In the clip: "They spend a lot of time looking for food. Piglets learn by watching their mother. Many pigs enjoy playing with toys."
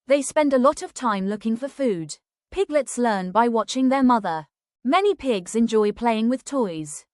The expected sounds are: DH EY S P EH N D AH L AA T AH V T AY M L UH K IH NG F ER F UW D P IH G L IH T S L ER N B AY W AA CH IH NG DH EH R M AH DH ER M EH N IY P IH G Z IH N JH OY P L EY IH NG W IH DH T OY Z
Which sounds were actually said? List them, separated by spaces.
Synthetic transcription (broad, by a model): DH EY S P EH N D AH L AA T AH V T AY M L UH K IH NG F ER F UW D P IH G L IH T S L ER N B AY W AA CH IH NG DH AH R M AH DH ER M EH N IY P IH G Z IH N JH OY P L EY IH NG W IH DH T OY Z